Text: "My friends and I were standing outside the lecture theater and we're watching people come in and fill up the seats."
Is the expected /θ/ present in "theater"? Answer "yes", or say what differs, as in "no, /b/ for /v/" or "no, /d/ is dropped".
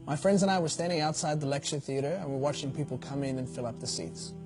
yes